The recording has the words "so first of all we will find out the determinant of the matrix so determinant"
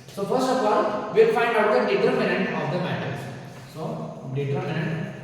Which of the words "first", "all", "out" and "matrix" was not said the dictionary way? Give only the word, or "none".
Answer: matrix